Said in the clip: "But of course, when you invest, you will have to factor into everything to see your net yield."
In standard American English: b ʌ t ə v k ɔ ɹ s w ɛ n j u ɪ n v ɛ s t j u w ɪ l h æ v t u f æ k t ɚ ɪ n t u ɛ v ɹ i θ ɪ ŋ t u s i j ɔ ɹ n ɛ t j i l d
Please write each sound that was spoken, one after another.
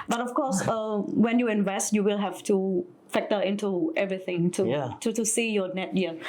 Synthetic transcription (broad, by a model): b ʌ t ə f k ɔ s w ɛ n j u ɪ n v ɛ s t j u w ɪ l h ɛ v t u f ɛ k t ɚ ɪ n t u ɛ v ɹ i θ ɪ ŋ t u s i j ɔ n ɛ t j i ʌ